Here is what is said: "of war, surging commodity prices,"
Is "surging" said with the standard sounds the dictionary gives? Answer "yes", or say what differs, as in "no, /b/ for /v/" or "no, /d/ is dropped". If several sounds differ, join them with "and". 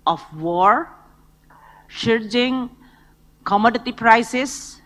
no, /ʃ/ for /s/